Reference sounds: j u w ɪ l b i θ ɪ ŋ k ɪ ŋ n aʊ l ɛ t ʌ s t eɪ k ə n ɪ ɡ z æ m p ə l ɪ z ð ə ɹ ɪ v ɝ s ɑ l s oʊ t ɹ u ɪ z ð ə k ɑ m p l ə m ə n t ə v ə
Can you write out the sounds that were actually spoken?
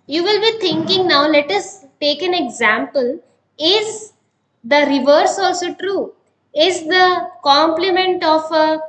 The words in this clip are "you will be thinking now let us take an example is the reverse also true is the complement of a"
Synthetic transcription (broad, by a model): j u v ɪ l b i t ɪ ŋ k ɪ ŋ n aʊ l ɛ t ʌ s t eɪ k ə n ɪ ɡ z æ m p ə l ɪ z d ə ɹ ɪ v ɝ s ɑ l s oʊ t ɹ u ɪ z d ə k ɑ m p l ə m ə n t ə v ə